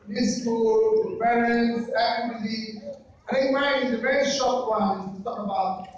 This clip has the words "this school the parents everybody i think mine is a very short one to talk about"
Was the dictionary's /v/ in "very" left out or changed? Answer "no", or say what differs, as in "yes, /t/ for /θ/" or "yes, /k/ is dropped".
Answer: no